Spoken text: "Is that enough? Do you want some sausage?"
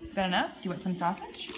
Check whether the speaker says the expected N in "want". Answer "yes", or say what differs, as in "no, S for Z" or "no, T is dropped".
no, N is dropped